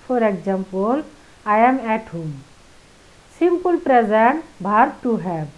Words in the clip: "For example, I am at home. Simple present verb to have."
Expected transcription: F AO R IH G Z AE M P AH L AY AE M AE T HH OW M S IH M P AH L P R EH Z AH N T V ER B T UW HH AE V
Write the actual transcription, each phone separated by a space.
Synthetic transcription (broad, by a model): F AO R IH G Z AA M P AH L AY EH M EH T HH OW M S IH M P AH L P R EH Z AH N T B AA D T UW HH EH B